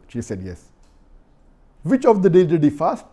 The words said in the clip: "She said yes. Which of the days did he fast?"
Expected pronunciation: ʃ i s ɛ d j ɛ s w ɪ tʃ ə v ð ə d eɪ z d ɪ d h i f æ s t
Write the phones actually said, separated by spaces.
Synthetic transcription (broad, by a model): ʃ i s ɛ d j ɛ s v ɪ tʃ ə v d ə d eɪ d ɪ d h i f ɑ s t